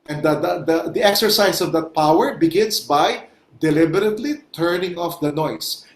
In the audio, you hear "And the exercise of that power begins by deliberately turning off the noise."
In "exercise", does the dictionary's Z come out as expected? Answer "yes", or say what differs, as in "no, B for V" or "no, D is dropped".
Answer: no, S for Z